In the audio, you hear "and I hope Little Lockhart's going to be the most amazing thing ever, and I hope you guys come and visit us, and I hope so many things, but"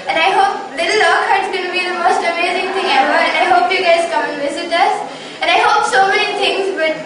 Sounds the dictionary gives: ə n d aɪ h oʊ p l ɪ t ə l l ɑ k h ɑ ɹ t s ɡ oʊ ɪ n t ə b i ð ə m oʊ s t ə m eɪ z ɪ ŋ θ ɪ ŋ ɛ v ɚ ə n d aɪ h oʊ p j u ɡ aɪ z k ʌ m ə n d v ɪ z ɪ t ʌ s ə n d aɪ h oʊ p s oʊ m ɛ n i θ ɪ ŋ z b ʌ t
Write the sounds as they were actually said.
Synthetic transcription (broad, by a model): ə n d aɪ h oʊ p l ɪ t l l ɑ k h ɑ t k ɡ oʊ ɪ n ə b i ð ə m oʊ s t ə m eɪ z ɪ ŋ t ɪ ŋ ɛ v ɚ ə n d aɪ h oʊ p j u ɡ aɪ z k ʌ m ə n v ɪ z ɪ t ʌ s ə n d aɪ h oʊ p s oʊ m ɛ n i t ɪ ŋ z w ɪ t